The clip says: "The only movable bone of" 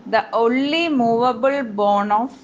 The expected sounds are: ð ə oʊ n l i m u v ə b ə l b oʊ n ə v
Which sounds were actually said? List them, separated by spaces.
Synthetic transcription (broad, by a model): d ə oʊ n l i m u v ə b ə l b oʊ n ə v